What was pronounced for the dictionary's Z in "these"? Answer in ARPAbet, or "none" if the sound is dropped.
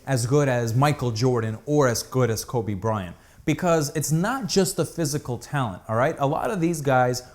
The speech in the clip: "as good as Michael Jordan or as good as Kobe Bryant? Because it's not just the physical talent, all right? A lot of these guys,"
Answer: Z